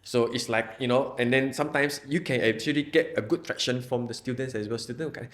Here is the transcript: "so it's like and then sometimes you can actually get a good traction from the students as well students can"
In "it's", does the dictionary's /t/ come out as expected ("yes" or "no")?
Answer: yes